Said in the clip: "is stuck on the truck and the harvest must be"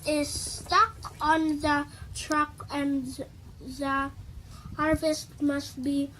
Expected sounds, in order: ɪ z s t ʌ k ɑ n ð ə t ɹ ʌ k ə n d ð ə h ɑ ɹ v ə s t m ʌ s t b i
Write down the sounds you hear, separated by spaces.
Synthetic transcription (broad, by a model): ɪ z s t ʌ k ɑ n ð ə t ɹ ʌ k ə n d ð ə h ɑ ɹ v ə s t m ʌ s t b i